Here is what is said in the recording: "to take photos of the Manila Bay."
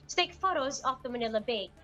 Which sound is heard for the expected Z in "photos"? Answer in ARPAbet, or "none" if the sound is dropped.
Z